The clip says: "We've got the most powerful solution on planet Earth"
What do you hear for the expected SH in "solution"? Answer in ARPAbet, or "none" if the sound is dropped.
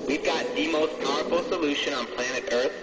SH